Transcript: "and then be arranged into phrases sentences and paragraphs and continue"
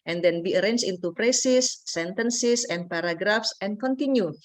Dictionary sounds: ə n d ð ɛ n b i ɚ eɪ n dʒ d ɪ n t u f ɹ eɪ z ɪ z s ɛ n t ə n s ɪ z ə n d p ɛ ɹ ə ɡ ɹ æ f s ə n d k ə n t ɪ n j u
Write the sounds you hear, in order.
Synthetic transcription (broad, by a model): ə n d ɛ n b i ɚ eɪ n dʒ ɪ n t u p ɹ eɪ s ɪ s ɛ n t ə n s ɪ s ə n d p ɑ ɹ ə ɡ ɹ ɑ f s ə n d k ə n t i n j u